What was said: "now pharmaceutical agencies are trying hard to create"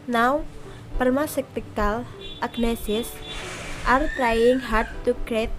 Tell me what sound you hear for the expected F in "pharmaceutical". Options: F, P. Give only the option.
P